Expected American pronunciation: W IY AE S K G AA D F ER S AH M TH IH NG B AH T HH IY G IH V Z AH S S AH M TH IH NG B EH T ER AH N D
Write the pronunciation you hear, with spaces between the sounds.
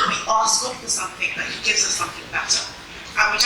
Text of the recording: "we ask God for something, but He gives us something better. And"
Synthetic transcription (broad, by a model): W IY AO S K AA F ER S AH M TH IH NG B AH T HH IY G IH V Z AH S S AH M TH IH NG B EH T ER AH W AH